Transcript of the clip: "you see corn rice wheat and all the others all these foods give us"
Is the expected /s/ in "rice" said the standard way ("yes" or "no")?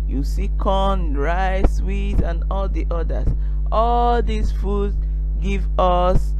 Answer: yes